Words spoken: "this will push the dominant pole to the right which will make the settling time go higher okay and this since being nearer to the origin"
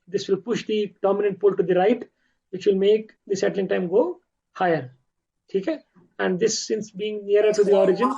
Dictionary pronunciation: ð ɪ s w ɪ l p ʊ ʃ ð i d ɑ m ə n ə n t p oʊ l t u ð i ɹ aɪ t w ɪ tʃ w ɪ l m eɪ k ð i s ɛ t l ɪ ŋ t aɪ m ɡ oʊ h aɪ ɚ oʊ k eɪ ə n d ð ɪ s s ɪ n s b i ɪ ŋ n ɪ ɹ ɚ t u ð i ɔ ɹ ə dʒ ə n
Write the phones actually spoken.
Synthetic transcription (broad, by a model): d ɪ s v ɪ l p ʊ ʃ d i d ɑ m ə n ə n t p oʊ l t u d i ɹ aɪ t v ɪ tʃ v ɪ l m eɪ k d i s ɛ t l ɪ ŋ t aɪ m ɡ oʊ h aɪ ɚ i k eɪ ə n d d ɪ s s ɪ n s b i ɪ ŋ n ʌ ɹ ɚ t u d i ɔ ɹ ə dʒ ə n